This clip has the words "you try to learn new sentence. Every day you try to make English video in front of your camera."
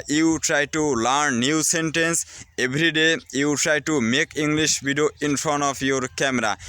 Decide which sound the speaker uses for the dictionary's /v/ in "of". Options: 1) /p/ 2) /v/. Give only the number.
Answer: 1